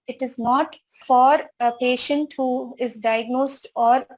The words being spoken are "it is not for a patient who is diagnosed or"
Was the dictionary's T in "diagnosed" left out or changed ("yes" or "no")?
no